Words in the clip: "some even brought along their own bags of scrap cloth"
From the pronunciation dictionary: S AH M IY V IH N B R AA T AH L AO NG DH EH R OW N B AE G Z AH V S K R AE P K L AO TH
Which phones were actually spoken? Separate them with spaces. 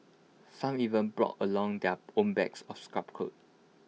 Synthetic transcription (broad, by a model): S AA M IY V IH N B R AA T AH L AO NG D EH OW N B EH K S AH F S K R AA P K AO T